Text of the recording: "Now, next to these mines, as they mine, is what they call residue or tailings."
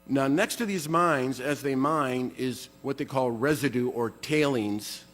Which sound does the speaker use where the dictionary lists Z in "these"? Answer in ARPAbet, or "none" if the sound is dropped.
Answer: Z